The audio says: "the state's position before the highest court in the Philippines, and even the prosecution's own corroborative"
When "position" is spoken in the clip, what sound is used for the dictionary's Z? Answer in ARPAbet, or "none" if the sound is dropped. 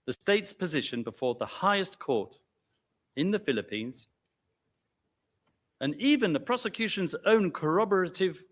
Z